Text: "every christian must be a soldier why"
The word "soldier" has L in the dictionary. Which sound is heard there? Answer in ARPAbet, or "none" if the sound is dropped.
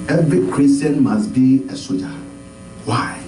none